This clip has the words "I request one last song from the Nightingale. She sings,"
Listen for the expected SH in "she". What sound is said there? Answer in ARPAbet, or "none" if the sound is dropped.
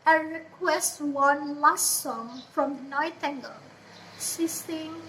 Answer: S